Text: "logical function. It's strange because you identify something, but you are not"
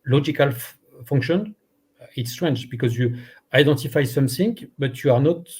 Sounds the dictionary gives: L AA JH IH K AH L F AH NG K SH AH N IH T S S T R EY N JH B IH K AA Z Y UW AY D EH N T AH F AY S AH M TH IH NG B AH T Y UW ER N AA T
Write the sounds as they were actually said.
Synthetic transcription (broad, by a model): L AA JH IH K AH L F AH NG K SH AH N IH T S S T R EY N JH B IH K AA Z Y UW AY D EH N T AH F AY S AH M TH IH NG B AH T Y UW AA N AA T